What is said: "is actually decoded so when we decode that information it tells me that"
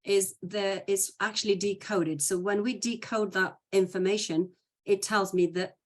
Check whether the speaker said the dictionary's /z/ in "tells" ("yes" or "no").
yes